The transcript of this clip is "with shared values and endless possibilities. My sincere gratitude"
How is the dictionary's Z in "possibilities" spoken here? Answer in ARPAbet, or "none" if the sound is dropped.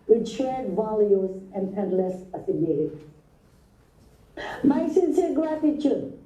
none